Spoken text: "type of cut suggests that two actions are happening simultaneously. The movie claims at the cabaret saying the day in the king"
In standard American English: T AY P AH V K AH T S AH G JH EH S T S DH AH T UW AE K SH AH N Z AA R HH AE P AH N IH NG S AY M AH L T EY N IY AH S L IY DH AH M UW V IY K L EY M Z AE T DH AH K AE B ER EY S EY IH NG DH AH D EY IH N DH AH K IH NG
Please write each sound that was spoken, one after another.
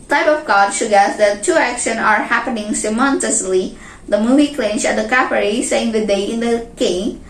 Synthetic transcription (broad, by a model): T AY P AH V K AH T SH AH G EH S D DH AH T UW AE K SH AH N AA R HH AE P AH N IH NG S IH M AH N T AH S L IY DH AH M UW V IY K L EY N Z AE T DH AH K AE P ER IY S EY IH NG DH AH D EY IH N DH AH K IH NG